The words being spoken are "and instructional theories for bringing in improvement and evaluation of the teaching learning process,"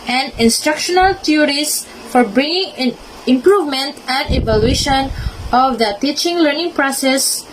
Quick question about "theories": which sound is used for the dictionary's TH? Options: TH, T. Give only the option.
T